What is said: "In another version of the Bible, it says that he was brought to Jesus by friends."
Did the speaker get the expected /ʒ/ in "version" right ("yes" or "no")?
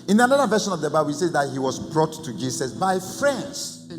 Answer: no